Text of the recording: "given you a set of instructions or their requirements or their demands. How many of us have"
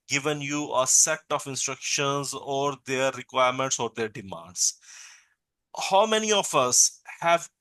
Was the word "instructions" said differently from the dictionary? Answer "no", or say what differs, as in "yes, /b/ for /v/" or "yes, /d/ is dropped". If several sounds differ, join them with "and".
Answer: no